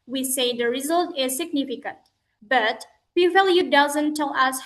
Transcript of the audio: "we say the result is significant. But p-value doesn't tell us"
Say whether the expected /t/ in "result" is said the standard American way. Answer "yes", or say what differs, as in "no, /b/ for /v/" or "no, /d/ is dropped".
yes